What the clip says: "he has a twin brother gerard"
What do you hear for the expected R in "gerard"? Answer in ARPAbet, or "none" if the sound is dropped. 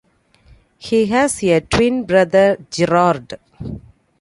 R